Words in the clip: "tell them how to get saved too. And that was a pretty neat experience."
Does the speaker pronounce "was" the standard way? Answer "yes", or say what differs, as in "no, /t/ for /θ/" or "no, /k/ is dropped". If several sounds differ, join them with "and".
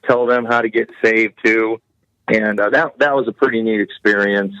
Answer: yes